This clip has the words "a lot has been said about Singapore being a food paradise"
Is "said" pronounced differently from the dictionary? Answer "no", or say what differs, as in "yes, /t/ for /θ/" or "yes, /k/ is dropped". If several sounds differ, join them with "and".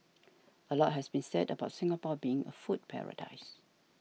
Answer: no